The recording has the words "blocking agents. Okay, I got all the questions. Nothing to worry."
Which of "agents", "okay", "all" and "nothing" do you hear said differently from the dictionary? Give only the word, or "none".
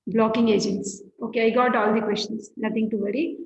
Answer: nothing